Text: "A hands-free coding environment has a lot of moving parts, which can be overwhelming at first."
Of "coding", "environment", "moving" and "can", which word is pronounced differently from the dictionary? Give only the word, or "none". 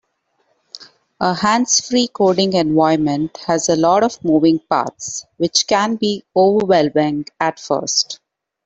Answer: environment